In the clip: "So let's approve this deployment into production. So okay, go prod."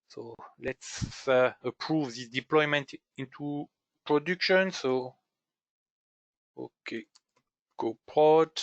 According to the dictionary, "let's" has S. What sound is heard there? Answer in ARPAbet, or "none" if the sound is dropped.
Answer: S